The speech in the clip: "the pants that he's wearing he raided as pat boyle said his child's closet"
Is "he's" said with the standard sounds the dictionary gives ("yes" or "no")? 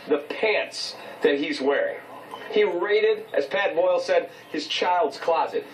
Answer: yes